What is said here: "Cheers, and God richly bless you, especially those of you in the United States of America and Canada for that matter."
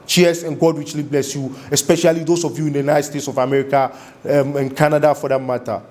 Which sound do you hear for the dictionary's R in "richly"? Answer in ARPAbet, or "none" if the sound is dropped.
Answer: W